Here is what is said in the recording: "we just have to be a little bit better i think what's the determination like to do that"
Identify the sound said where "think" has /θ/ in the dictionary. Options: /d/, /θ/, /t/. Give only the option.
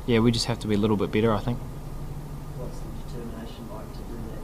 /θ/